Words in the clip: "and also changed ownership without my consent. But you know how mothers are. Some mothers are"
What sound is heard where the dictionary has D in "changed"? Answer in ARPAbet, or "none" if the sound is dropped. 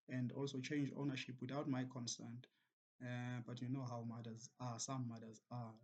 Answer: none